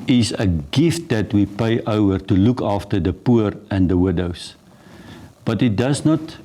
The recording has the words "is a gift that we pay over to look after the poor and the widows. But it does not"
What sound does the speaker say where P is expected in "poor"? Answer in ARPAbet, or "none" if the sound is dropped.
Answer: P